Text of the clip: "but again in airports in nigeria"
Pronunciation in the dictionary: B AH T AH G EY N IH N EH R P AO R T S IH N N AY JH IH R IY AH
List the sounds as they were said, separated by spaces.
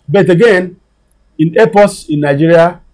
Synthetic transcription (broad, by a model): B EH T AH G EY N IH N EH P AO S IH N N AY JH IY R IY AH